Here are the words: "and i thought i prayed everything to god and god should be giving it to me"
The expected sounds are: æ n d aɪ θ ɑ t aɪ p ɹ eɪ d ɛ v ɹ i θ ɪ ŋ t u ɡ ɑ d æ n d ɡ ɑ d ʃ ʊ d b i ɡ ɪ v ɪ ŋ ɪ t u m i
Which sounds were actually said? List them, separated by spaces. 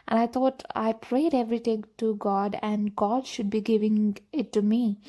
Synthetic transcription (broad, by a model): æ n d aɪ t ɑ t aɪ p ɹ eɪ d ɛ v ɹ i t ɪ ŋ t u ɡ ɑ d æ n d ɡ ɑ d ʃ ʊ d b i ɡ ɪ v ɪ ŋ ɪ t u m i